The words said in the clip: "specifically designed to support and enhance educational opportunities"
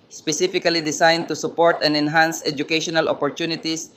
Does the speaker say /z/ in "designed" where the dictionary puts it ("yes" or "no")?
no